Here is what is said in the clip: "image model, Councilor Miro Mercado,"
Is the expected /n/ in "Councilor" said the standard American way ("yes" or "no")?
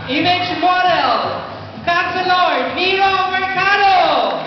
no